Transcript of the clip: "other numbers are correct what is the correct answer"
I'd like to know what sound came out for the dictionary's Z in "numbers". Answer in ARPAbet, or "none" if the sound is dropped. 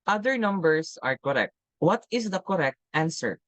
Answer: S